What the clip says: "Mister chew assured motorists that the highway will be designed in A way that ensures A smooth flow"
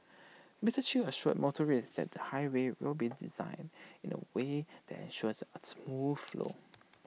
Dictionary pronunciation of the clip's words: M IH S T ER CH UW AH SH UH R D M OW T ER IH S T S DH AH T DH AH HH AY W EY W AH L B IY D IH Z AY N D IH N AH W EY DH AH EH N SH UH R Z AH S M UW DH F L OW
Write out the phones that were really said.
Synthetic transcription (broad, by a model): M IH T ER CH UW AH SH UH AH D M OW T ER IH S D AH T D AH HH AY W EY W AH L B IY D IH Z AY N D IH N AH W EY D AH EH N SH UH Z AH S M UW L F L OW